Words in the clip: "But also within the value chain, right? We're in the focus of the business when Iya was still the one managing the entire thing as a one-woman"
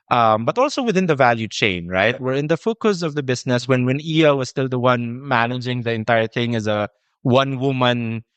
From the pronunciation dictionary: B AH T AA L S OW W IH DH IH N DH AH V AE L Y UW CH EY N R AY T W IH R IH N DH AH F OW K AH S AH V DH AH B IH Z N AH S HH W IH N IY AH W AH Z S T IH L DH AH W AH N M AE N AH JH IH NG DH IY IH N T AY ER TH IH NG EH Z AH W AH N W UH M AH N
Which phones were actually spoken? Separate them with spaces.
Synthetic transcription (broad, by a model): B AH T AA L S OW W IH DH IH N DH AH V AE L Y UW CH EY N R AY T W IH R IH N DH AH F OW K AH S AH V DH AH B IH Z N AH S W W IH N IY AH W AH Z S T IH L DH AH W AH N M AE N AH JH IH NG DH IY IH N T AY ER TH IH NG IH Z AH W AH N W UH M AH N